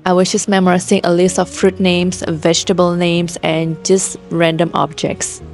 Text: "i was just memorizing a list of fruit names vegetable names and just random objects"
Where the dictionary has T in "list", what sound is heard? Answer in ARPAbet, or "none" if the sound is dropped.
T